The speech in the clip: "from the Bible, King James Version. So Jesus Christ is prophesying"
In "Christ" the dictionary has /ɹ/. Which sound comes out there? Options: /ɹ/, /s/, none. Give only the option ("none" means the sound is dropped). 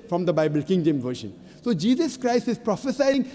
/ɹ/